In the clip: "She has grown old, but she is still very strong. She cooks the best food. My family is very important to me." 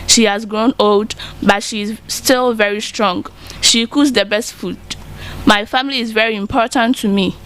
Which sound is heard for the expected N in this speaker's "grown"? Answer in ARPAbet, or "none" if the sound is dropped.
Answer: N